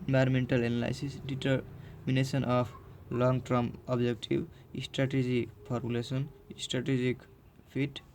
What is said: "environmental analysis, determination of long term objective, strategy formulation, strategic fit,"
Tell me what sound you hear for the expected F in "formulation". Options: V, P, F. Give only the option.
P